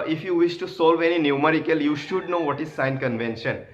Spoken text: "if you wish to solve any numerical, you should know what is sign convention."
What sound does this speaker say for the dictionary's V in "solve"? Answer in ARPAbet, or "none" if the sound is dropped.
V